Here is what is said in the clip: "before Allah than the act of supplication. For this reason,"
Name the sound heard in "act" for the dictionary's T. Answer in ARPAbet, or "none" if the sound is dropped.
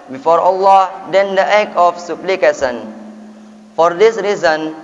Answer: none